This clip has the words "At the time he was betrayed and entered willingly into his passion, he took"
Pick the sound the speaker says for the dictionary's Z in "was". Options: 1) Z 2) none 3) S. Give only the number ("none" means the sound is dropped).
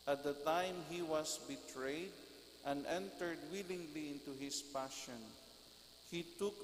3